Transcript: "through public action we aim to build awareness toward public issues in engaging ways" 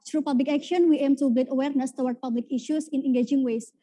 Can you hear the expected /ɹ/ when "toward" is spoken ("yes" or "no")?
no